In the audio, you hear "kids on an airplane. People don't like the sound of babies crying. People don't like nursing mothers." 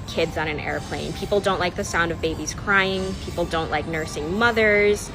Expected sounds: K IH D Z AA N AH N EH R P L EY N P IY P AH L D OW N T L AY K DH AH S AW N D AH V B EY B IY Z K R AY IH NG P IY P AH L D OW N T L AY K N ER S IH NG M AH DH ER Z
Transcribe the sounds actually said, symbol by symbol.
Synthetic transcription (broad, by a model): K IH D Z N AH N EH R P L EY N P IY P L D OW N T L AY K DH AH S AW N D AH V B EY B IY Z K R AY IH NG P IY P L D OW N T L AY K N ER S IH NG M AH DH ER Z